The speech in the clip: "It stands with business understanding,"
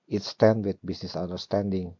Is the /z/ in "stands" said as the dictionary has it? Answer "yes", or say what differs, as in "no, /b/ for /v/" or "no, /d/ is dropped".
no, /z/ is dropped